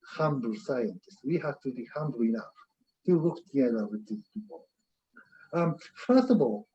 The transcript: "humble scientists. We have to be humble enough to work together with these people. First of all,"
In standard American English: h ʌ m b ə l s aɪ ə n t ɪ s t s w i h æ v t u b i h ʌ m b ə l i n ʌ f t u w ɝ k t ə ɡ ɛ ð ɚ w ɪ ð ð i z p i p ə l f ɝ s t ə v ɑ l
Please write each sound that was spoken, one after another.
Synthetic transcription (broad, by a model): h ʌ m b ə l s aɪ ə n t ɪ s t w i h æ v t u b i h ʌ m b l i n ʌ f t u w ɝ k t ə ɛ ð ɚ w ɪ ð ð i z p i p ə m f ɝ s t ə v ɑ l